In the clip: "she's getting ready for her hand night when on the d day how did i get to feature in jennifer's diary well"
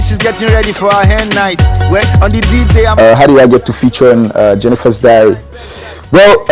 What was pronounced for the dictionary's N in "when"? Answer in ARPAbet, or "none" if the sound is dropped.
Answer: none